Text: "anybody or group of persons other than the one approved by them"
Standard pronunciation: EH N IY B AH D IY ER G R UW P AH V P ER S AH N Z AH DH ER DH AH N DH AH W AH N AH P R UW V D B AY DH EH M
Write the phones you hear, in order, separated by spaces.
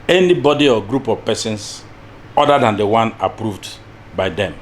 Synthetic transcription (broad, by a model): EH N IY B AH D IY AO G R UW P AH V P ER S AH N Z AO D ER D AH N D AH W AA N AH P R UW V D B AY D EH M